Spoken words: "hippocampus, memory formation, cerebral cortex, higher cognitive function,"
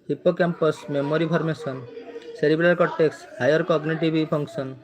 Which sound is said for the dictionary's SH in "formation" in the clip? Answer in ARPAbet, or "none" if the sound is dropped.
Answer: S